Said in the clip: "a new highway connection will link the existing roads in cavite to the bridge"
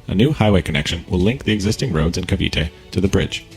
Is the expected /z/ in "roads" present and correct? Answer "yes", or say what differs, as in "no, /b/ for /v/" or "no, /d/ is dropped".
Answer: yes